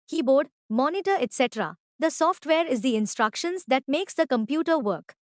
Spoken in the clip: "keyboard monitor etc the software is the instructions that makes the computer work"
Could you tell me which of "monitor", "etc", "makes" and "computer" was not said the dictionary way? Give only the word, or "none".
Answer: none